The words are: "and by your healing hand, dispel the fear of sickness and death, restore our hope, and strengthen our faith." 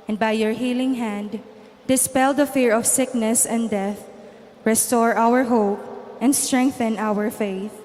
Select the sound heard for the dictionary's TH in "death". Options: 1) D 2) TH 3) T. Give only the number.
2